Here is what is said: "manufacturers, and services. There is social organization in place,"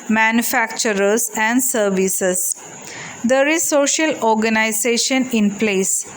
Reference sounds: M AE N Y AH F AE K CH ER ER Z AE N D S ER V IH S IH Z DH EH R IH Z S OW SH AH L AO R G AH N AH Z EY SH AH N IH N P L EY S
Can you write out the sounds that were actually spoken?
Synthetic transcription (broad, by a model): M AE N Y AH F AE K CH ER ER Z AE N D S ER V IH S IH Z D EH R IH Z S OW SH AH L AO R G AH N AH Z EY SH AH N IH N P L EY S